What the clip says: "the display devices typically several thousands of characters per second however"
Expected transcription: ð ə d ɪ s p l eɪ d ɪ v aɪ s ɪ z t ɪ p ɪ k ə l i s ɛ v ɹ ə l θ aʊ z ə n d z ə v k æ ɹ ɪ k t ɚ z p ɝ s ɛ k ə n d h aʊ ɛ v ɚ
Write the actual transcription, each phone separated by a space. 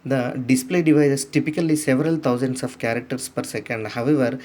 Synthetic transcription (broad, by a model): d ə d ɪ s p l eɪ d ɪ v aɪ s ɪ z t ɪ p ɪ k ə l i s ɛ v ɹ ə l t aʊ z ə n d s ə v k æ ɹ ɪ k t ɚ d p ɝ s ɛ k ə n d h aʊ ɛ v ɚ